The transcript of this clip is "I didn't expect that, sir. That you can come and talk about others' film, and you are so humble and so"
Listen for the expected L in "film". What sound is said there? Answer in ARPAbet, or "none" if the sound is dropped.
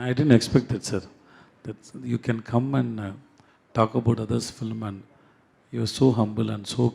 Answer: L